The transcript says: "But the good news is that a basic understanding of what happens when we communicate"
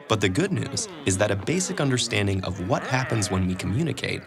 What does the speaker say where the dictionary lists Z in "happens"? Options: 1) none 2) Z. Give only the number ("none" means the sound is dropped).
2